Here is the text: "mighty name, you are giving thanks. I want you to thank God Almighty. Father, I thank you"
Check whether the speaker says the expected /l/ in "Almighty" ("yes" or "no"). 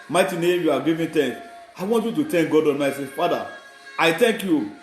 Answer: no